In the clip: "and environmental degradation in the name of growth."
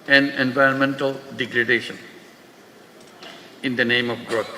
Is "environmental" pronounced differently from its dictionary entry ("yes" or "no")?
no